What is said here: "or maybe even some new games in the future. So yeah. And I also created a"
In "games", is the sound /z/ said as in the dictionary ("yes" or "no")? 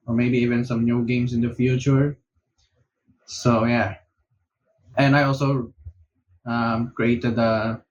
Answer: no